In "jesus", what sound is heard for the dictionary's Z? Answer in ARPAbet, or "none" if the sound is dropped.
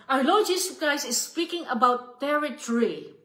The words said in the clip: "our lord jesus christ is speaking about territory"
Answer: S